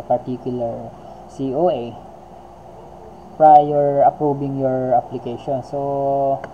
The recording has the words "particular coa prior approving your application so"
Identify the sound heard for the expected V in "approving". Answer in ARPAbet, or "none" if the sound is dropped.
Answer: B